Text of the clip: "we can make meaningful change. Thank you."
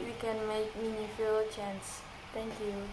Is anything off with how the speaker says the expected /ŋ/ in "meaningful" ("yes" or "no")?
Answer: yes